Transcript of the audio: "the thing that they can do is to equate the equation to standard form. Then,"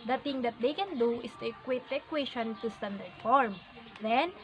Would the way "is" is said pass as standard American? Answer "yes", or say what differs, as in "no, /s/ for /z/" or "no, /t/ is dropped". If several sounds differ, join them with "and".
no, /s/ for /z/